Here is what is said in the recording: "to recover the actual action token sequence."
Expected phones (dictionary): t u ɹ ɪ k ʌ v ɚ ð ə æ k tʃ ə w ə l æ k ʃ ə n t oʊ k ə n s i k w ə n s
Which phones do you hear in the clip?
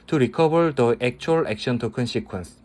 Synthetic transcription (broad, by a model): t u ɹ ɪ k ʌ b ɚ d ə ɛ k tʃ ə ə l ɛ k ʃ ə n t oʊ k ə n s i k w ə n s